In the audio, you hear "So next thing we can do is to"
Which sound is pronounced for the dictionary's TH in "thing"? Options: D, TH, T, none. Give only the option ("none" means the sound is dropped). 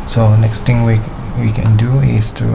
T